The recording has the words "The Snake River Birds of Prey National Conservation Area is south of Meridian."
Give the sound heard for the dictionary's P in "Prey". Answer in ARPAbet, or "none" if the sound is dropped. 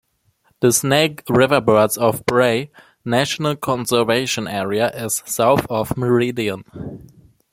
B